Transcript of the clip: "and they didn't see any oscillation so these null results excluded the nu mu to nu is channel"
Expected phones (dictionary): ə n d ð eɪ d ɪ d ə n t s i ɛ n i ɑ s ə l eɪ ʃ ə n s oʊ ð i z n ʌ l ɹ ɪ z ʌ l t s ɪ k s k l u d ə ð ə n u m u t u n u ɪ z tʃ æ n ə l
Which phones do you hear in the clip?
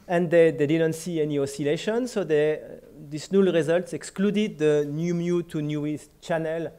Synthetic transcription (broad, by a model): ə n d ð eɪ d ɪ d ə n t s i ɛ n i ɑ s ə l eɪ ʃ ə n s oʊ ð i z n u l ɹ ɪ z ʌ l t s ɪ k s k l u d ə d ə n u m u t u n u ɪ s tʃ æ n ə l